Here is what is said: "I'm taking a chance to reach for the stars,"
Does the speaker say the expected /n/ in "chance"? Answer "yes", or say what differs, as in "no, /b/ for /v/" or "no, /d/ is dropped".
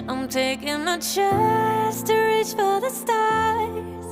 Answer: no, /n/ is dropped